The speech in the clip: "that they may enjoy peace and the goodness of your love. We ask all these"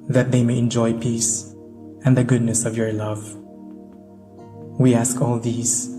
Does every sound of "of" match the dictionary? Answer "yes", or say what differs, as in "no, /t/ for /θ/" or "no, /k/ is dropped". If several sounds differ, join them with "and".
yes